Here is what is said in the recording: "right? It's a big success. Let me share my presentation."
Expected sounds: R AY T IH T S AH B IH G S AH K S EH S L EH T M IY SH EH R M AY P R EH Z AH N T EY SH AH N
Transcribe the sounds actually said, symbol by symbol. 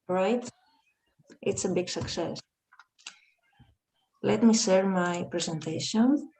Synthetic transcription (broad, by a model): R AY T IH T S AH B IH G S AH K S EH S L EH T M IY S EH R M AY P R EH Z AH N T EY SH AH N